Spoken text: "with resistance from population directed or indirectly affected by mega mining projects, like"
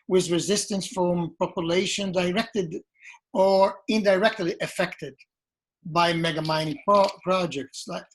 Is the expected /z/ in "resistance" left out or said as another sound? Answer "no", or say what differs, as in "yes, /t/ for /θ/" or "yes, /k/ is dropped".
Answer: no